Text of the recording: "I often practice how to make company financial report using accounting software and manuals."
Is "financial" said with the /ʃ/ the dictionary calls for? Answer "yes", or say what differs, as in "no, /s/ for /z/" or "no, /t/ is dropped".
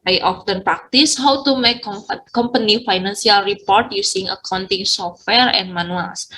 no, /s/ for /ʃ/